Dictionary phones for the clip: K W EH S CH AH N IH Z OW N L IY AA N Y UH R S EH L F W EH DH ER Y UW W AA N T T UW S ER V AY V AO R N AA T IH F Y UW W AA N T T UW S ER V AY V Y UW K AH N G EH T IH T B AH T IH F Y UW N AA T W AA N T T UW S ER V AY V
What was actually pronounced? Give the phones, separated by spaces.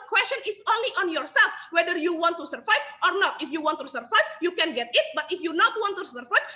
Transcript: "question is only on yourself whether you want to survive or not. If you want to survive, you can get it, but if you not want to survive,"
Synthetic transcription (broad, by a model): K W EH S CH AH N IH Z OW N L IY AA N Y UH R S EH L F W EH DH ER Y UW W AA N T T UW S ER V AY V AO R N AA T IH F Y UW W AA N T T UW S ER V AY V Y UW K AH N G EH T IH T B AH T IH F Y UW N AA T W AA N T T UW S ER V AY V